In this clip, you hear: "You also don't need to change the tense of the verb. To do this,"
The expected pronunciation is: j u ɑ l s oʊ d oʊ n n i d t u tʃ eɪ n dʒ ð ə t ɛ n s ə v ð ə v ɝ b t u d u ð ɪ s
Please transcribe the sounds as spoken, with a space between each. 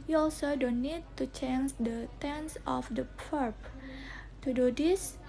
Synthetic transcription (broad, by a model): j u ɑ l s oʊ d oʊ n n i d t u tʃ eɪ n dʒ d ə t ɛ n s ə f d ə p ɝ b t u d u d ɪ s